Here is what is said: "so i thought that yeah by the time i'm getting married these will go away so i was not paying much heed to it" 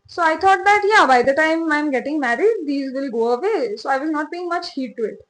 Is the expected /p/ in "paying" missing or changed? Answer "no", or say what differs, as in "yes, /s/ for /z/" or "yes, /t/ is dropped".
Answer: yes, /b/ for /p/